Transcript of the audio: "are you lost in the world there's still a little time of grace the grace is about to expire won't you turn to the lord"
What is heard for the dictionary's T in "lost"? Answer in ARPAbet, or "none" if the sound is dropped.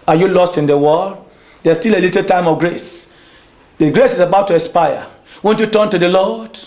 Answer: T